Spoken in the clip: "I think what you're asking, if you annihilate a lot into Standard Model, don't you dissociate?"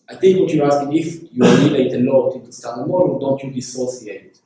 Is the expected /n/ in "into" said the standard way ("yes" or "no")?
no